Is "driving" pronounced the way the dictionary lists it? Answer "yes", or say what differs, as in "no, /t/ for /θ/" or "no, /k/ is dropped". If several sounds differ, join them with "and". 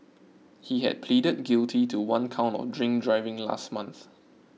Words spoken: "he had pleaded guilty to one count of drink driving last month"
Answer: yes